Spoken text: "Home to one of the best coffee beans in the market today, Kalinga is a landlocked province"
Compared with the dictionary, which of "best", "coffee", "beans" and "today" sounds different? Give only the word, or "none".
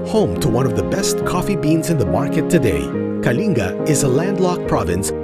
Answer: none